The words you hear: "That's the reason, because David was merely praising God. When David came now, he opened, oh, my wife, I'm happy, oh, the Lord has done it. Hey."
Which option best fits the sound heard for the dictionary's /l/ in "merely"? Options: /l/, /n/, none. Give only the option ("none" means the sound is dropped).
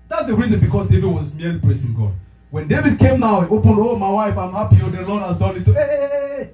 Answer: none